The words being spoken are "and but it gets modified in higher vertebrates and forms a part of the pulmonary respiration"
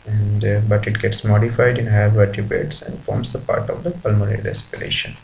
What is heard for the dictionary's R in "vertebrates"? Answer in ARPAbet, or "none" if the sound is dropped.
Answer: none